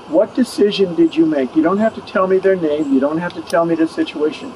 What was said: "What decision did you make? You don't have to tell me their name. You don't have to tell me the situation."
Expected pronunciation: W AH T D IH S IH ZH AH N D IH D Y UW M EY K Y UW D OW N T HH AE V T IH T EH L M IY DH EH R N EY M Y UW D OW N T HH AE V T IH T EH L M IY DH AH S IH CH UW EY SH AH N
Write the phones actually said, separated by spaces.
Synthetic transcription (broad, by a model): W AH T D IH S IH ZH AH N D IH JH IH M EY K Y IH D OW N T HH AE F T IH T EH L M IY DH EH R N EY M Y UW D OW N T HH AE F T IH T EH L M IY DH AH S IH CH UW EY SH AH N